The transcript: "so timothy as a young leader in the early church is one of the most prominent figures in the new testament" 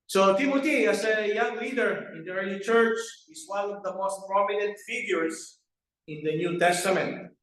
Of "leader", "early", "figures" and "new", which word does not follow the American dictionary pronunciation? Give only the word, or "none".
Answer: figures